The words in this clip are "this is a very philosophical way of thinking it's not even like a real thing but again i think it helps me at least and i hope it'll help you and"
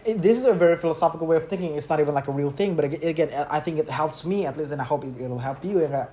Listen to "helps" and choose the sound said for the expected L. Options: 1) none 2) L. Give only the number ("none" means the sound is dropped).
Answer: 2